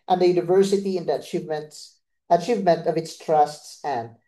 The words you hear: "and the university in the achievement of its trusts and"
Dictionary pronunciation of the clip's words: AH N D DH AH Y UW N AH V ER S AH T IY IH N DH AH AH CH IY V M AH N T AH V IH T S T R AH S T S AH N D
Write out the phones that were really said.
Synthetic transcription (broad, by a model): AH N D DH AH Y UW N AH V ER S AH T IY IH N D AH AH CH IY V M AH N T AH V IH T S T R AH S T S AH N D